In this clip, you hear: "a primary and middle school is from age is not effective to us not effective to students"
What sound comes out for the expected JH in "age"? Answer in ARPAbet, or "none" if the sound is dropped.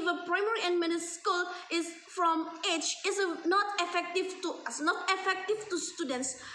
CH